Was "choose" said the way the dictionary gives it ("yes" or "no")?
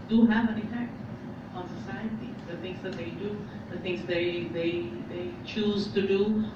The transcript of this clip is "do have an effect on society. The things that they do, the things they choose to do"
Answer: yes